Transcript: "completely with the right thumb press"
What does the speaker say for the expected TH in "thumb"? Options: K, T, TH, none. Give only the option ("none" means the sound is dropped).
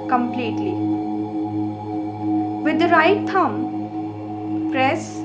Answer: T